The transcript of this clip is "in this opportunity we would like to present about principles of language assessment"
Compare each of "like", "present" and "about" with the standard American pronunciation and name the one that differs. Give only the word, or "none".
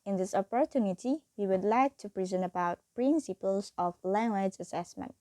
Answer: none